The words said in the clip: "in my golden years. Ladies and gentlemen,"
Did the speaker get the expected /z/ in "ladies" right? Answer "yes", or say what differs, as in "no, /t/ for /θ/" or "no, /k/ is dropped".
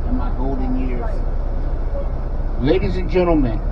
yes